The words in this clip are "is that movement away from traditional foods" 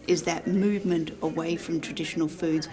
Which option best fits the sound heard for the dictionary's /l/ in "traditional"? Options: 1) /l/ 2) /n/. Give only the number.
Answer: 1